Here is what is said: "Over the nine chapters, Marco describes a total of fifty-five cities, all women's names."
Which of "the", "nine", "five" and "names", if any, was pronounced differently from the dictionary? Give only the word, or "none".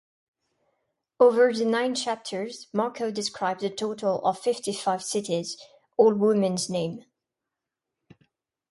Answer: names